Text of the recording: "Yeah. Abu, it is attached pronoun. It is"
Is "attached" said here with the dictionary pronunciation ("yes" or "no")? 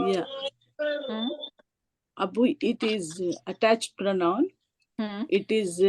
yes